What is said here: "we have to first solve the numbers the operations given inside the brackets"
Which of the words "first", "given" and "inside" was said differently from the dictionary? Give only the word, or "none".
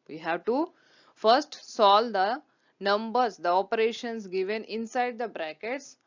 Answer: none